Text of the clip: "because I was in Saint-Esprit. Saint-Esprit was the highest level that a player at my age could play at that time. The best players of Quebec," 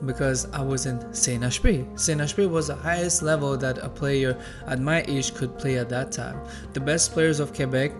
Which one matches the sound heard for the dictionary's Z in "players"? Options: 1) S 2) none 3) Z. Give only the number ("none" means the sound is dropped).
3